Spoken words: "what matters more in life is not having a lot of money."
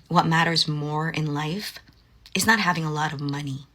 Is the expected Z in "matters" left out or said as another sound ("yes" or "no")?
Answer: no